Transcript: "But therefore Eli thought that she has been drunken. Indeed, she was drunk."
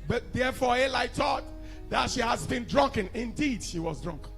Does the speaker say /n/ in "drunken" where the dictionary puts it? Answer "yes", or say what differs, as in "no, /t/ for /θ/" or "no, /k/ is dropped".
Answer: yes